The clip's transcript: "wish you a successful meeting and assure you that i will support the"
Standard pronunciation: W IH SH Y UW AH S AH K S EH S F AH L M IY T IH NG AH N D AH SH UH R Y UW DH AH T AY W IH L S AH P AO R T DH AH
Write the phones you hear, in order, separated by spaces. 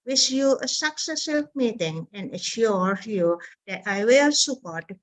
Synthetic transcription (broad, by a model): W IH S Y UW AH S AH K S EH S AH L M IY T IH NG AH N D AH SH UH R Y UW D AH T AY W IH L S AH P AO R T